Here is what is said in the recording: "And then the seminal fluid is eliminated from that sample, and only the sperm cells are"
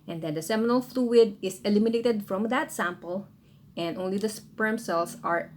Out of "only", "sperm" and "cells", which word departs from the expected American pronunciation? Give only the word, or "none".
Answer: cells